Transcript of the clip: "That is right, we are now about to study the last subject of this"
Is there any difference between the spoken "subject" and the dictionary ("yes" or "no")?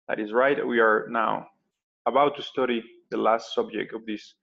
no